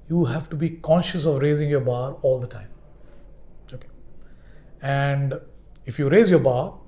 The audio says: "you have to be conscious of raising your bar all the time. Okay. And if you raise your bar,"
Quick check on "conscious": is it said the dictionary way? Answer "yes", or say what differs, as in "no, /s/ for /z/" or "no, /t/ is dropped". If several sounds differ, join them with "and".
yes